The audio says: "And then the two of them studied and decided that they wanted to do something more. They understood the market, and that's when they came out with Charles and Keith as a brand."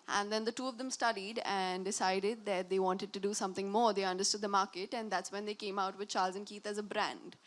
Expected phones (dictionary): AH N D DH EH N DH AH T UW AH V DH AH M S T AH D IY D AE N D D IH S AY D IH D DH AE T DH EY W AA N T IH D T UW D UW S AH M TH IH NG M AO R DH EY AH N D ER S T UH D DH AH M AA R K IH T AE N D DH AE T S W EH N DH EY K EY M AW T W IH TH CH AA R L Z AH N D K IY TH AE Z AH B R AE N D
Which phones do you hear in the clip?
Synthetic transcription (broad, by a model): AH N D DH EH N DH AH T UW AH V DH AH M S T AH D IY D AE N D D IH S AY D IH D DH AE T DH EY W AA N T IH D T UW D UW S AH M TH IH NG M AO R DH EY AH N D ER S T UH D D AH M AA R K IH T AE N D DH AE T S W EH N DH EY K EY M AW T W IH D CH AA R L Z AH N K IY T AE Z AH B R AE N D